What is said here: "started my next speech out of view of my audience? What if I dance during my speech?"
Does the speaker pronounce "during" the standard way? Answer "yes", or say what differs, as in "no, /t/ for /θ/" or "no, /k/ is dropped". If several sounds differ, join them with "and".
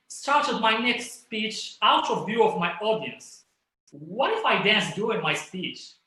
no, /ɹ/ is dropped